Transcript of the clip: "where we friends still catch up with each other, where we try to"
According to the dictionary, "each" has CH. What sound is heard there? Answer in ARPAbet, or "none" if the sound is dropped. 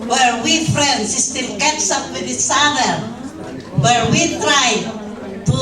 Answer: S